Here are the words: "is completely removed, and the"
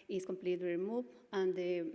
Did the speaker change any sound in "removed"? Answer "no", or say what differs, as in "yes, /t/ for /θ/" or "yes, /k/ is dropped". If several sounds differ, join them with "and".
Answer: yes, /d/ is dropped